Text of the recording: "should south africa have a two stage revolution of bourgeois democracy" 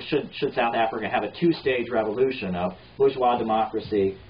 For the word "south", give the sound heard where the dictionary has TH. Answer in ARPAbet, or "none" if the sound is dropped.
TH